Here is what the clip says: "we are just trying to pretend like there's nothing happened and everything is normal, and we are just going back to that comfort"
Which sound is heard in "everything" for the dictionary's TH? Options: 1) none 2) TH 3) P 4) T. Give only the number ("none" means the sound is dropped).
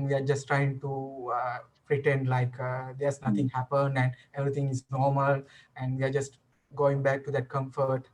4